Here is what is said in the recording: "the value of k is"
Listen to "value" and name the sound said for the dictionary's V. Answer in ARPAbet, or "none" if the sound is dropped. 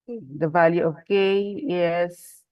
V